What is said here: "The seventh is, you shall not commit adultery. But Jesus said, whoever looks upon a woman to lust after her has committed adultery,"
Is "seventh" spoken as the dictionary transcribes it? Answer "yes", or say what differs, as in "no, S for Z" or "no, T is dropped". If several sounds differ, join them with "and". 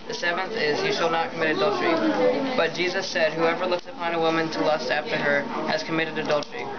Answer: yes